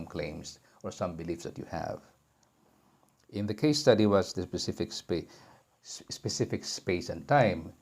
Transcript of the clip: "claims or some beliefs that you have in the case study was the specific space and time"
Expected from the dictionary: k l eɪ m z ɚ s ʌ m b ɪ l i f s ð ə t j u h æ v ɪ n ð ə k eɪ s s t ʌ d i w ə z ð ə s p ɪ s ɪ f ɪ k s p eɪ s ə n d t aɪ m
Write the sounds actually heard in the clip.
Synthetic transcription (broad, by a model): k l eɪ m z ɚ s ʌ m b ɪ l i f s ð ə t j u h æ v ɪ n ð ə k eɪ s s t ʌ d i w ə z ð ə s p ɪ s ɪ f ɪ k s p eɪ s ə n t aɪ m